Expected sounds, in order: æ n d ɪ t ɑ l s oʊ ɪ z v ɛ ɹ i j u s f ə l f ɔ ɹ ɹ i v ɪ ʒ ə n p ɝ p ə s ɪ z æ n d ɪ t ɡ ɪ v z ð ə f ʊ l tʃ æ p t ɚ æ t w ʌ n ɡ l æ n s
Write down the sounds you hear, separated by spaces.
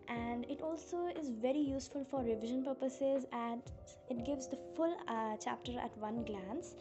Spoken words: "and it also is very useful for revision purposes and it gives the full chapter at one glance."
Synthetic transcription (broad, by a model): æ n d ɪ t ɑ l s oʊ ɪ z v ɛ ɹ i j u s f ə l f ɔ ɹ ɹ i v ɪ ʒ ə n p ɝ p ə s ɪ z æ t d ɪ t ɡ ɪ v z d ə f ʊ l tʃ æ p t ɚ æ t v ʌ n ɡ l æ n s